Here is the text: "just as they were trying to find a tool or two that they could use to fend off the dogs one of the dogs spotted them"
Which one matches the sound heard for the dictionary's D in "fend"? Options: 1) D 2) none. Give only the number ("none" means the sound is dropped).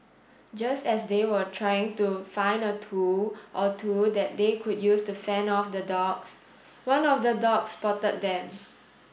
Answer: 2